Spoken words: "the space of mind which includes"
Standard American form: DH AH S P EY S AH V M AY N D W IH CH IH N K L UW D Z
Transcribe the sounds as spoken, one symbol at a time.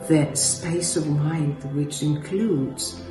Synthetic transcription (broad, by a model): DH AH S P EY S AH V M AY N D W IH CH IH N K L UW D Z